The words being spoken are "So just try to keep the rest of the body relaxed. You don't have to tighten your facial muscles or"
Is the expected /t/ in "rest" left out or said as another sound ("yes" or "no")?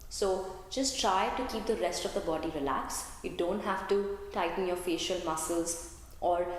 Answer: no